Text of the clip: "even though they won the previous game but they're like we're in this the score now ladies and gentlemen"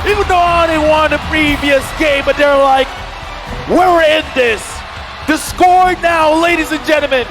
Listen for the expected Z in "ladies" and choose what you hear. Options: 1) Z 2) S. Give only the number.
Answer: 1